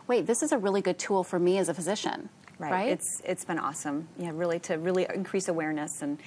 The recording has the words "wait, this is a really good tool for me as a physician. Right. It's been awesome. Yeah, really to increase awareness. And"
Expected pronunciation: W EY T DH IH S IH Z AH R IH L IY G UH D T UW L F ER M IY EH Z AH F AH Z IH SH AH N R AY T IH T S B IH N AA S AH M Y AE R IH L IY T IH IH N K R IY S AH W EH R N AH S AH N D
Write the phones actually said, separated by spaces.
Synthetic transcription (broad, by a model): W EY T DH IH S IH Z AH R IH L IY G UH D T UW L F ER M IY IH Z AH F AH Z IH SH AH N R AY T IH T S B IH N AA S AH M Y AE R IH L IY T IH IH N K R IY S AH W EH R N AH S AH N